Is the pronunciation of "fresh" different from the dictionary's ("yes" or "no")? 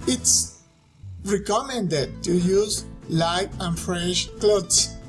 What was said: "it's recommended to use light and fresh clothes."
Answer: no